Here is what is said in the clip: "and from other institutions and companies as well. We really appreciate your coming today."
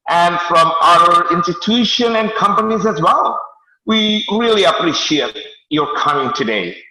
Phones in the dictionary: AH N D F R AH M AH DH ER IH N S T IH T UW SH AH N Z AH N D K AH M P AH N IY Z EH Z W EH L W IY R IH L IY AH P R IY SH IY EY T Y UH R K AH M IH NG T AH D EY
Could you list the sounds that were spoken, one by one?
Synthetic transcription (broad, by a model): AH N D F R AH M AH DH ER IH N S T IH T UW SH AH N AH N K AH M P AH N IY Z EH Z W EH L W IY R IH L IY AH P R IY SH IY EY T Y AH R K AH M IH NG T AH D EY